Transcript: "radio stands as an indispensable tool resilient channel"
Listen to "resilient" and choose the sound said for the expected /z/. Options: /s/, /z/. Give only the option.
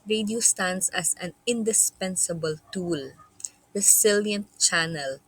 /s/